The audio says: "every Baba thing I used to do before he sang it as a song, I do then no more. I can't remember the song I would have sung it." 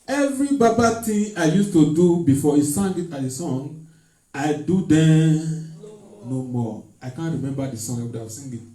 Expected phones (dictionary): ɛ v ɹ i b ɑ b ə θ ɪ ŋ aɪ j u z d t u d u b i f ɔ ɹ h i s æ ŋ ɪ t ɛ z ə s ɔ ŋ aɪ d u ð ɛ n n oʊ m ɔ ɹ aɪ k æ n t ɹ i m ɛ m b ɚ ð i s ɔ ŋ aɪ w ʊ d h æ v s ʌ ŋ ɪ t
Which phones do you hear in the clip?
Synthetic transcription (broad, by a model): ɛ v ɹ i b ɑ b ə t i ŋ aɪ j u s t u d u b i f ɔ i s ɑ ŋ ɪ t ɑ ə s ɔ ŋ aɪ d u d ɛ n n oʊ m ɔ aɪ k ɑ n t ɹ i m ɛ m b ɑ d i s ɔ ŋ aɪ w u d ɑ s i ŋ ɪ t